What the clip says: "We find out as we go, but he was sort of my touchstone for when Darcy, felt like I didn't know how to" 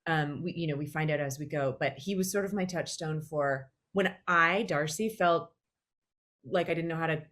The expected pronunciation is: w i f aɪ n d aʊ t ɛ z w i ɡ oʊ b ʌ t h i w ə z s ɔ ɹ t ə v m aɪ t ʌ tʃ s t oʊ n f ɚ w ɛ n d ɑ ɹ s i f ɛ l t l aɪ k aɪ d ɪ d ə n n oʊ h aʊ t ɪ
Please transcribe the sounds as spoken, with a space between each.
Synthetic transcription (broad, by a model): w i f aɪ n d aʊ t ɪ z w i ɡ oʊ b ʌ t h i w ə z s ɔ ɹ t ə v m aɪ t ʌ tʃ s t oʊ n f ɚ w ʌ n d ɑ ɹ s i f ɛ l t l aɪ k aɪ d ɪ d n n oʊ h aʊ t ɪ